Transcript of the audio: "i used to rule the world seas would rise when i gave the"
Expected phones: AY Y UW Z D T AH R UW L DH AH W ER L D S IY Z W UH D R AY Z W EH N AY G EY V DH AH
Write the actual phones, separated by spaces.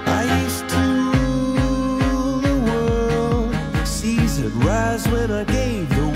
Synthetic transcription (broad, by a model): AY Y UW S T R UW DH AH W ER L D S IY Z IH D R AY Z W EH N AY G EY V DH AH